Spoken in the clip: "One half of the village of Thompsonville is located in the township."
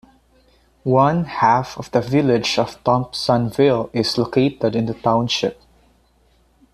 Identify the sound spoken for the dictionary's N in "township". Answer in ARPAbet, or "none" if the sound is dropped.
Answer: N